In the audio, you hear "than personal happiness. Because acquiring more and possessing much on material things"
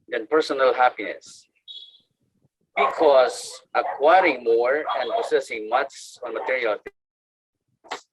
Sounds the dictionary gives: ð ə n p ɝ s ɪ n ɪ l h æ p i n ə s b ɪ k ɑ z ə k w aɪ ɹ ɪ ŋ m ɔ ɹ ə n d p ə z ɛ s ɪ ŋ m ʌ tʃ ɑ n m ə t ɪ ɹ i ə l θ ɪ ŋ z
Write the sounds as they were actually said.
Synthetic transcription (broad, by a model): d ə n p ɝ s ɪ n ɪ l h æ p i n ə s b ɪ k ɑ s ə k w aɪ ɹ ɪ ŋ m ɔ ɹ ə n d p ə s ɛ s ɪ ŋ m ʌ s ɑ n m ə t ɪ ɹ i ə l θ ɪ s